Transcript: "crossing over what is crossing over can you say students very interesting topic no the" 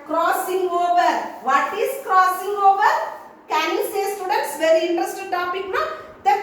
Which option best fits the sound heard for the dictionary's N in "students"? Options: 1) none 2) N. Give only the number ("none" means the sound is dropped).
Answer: 1